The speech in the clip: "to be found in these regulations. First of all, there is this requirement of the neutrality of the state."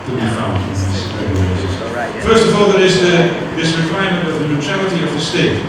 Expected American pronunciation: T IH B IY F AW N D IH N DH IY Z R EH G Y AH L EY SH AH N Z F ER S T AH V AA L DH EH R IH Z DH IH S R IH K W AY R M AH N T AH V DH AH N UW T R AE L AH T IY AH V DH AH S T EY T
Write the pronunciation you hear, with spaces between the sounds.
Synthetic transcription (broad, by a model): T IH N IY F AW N IH N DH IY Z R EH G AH IH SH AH Z F ER S T AH V AA L DH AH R IH Z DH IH S R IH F AY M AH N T AH V DH AH N UW T R AE L AH T IY AH V DH AH S T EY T